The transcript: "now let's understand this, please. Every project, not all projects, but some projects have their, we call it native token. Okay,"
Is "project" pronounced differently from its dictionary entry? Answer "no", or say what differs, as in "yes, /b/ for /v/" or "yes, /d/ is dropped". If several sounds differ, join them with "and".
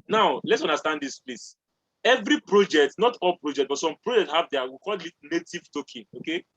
no